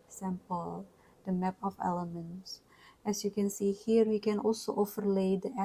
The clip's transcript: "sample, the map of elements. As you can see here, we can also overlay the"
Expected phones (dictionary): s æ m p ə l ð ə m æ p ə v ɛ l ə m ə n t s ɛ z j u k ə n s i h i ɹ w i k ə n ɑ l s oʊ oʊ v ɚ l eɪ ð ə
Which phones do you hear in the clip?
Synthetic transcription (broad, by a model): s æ m p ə l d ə m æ p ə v ɛ l ə m ə n t s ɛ s j u k ə n s i h i ɹ w i k ə n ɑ l s oʊ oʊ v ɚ l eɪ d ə